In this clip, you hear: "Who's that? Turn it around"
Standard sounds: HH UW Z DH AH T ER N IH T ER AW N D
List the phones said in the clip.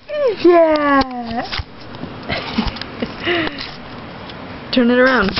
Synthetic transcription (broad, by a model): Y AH T ER N IH T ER AW N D